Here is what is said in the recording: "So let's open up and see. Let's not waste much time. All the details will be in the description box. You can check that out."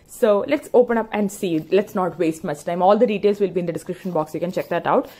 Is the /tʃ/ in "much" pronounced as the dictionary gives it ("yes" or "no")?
no